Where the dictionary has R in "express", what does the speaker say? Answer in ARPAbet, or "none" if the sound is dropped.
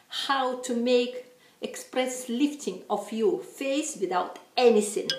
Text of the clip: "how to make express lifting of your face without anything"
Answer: R